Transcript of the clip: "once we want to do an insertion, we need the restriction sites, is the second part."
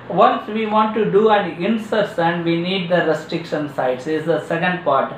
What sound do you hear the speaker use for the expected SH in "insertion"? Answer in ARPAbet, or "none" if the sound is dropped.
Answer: S